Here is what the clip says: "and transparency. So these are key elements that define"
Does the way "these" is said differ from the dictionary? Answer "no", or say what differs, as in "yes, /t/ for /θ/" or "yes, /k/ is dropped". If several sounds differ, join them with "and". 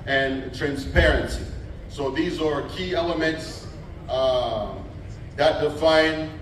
no